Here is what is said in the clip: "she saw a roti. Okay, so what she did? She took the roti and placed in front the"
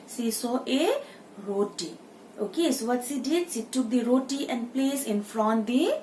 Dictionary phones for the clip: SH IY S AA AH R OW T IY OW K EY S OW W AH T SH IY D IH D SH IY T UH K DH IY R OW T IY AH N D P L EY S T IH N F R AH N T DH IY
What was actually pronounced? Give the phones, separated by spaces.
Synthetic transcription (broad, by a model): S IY S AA AH R OW T IY OW K EY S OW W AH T S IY D IH D S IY T UH K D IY R OW T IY AH N D P L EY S IH N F R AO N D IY